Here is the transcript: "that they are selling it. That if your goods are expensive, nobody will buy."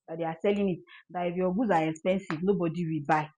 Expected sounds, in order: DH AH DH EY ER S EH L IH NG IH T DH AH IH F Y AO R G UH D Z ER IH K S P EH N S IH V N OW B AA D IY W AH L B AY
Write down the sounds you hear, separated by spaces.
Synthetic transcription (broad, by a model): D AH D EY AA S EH L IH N IH T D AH IH F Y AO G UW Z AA IH K S P EH N S IH V N OW B AA D IY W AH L B AY